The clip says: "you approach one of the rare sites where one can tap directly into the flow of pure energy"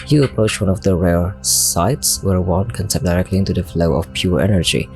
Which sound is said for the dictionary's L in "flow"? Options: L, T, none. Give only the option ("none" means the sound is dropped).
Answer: L